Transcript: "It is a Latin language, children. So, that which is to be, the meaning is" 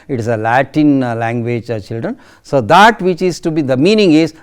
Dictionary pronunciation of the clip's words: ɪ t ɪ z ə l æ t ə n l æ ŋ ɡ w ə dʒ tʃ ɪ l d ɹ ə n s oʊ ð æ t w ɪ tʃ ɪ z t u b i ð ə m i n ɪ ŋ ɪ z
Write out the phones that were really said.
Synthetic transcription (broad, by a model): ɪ t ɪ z ə l æ t ə n l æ ŋ ɡ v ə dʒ tʃ ɪ l d ɹ ə n s oʊ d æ t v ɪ tʃ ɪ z t u b i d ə m i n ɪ ŋ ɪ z